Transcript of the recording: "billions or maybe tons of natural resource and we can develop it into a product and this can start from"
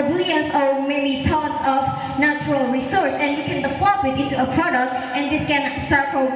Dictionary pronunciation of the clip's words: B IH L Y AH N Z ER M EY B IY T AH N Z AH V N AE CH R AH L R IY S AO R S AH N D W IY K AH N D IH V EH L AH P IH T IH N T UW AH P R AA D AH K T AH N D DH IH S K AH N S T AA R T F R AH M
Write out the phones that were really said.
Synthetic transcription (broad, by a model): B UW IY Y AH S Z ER M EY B IY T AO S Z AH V N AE CH R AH L R IY S AO R S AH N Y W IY K AH N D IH F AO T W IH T IH N T UW AH P R AA D AH K T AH N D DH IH S K AH N S T AA R T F R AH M